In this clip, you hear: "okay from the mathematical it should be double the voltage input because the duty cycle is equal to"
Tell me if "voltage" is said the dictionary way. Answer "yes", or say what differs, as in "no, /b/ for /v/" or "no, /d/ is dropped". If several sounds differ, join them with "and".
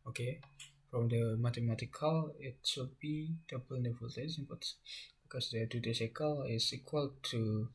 no, /z/ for /dʒ/